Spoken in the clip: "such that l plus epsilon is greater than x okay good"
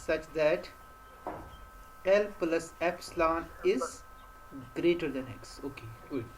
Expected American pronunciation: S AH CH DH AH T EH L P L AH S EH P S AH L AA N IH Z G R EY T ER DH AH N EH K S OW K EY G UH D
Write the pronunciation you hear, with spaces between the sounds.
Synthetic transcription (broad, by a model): S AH CH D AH T EH L P L AH S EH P S L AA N IH Z G R EY T ER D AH N EH K S OW K EY